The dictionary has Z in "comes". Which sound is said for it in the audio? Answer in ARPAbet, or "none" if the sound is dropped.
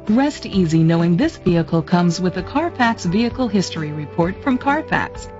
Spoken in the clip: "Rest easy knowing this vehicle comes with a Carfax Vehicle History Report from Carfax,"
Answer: Z